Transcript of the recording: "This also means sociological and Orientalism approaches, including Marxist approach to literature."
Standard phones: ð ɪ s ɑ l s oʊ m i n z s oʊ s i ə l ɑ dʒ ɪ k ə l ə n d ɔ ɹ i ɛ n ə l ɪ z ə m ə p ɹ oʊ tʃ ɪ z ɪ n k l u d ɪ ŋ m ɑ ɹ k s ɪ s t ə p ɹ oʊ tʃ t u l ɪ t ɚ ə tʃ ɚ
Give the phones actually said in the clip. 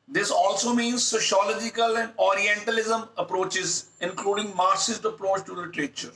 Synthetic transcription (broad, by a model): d ɪ s ɑ l s oʊ m i n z s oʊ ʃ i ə l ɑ dʒ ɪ k ə l ə n d ɔ ɹ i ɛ n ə l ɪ z ə m ə p ɹ oʊ tʃ ɪ z ɪ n k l u d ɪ ŋ m ɑ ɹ s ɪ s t ə p ɹ oʊ tʃ t u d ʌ t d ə tʃ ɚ